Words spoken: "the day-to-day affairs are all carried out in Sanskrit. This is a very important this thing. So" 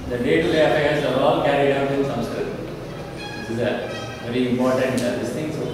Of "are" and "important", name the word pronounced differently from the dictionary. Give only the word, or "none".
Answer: are